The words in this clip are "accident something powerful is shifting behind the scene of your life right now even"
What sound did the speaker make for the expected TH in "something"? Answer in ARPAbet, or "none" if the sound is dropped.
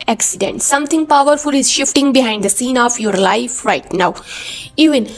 T